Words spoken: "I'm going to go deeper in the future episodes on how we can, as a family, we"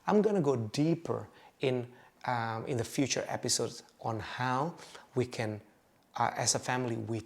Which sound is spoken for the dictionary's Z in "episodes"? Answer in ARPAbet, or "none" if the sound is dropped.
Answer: none